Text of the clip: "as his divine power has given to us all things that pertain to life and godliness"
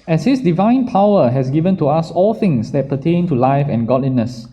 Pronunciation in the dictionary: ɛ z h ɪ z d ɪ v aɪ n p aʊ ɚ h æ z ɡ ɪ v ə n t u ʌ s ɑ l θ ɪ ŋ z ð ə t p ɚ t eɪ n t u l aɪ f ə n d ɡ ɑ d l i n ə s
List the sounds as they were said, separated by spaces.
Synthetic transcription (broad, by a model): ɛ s h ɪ s d ɪ v aɪ n p aʊ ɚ h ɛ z ɡ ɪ v ə n t u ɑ s ɑ l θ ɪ ŋ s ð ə t p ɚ t eɪ n t u l aɪ f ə n ɡ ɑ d l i n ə s